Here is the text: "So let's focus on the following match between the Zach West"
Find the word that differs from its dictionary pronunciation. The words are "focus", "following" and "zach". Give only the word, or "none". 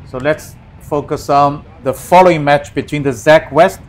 none